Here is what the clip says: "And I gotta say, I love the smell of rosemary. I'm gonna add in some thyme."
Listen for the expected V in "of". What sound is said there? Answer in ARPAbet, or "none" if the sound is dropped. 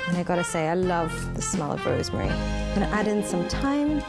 B